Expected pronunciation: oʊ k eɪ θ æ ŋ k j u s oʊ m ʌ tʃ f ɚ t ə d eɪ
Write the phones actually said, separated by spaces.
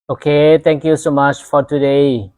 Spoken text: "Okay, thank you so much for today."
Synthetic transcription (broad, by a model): oʊ k eɪ t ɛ ŋ k j u s oʊ m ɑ tʃ f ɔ t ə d eɪ